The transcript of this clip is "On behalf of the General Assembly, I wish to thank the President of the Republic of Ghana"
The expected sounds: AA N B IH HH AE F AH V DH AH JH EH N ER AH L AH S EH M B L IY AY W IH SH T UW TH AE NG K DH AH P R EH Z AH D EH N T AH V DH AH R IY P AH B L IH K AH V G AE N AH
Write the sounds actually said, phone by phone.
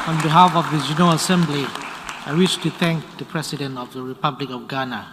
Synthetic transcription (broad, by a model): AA N B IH HH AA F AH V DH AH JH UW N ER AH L AH S EH M B L IY AY W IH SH T UW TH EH NG K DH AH P R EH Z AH D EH N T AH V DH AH R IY P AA B L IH K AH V G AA N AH